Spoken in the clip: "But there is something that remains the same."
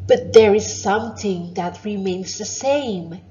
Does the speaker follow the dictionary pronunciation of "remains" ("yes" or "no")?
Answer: yes